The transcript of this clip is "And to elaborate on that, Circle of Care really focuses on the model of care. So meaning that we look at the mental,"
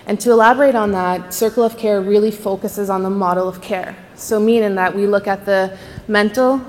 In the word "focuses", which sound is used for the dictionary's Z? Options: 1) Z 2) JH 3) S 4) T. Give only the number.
1